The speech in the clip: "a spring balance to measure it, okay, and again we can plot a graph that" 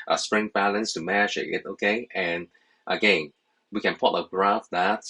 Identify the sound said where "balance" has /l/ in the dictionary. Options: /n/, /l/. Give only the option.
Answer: /l/